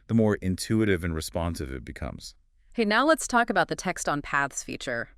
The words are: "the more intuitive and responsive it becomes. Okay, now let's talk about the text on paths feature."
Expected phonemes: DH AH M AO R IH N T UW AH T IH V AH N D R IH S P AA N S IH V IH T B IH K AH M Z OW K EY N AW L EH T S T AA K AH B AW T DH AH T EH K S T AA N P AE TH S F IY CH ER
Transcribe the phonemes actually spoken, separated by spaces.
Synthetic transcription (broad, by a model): DH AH M AO R IH N T UW AH T IH V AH N R IH S P AA N S IH V IH T B IH K AH M Z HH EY N AW L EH T S T AA K AH B AW T DH AH T EH K S T N P AE TH S F IY CH ER